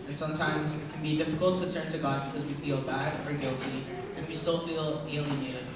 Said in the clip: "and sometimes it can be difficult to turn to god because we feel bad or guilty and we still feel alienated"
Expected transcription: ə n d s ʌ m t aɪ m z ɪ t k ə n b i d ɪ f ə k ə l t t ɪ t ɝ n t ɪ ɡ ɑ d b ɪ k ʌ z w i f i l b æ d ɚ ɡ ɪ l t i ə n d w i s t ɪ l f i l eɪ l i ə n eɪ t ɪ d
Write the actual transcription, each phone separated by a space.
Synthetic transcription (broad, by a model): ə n s ʌ m t aɪ m z ɪ t k n b i d ɪ f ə k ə l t t ɪ t ɝ n t ɪ ɡ ɑ d b ɪ k ʌ z w i f i l b æ d ɚ ɡ ɪ l t i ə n w i s t ɪ l f i l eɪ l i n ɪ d